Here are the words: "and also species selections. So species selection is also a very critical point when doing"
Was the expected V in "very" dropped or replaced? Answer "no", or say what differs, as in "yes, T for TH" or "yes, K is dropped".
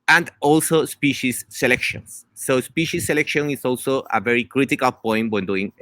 no